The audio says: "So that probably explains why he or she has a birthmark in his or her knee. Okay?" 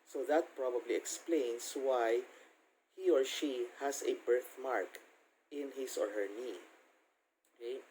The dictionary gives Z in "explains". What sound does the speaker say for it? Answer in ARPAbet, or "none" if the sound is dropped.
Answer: S